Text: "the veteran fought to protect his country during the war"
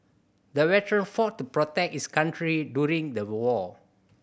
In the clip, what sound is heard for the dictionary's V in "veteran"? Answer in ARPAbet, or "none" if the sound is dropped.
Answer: W